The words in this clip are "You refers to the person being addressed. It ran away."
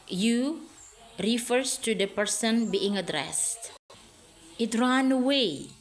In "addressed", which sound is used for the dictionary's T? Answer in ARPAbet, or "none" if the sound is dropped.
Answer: T